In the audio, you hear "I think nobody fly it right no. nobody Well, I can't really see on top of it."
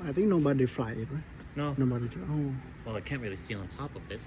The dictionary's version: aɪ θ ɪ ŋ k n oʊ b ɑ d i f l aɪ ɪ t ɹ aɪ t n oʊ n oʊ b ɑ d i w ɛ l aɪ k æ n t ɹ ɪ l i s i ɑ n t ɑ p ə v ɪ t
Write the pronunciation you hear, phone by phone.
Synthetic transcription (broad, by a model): aɪ θ ɪ ŋ k n oʊ b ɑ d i f l aɪ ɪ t ɹ aɪ t n oʊ n oʊ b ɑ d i w ɛ l aɪ k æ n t ɹ ɪ l i s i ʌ n t ɑ p ə v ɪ t